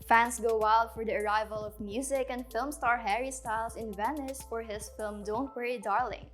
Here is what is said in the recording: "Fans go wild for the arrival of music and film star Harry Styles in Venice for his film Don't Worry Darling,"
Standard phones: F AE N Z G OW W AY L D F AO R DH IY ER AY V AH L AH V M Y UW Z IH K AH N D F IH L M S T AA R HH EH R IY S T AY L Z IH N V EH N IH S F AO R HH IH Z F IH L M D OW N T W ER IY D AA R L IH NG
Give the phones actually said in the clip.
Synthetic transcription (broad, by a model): F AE N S G OW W AY L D F AO R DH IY ER AY V AH L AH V M Y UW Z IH K AH N D F IH L M S T AA R HH EH R IY S T AY L S IH N V EH N IH S F AO R HH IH S F IH L M D OW N T W ER IY D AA R L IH NG